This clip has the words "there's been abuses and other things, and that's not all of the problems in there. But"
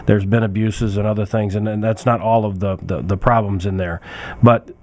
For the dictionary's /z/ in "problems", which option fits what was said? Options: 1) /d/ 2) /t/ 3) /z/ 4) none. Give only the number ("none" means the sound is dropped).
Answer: 3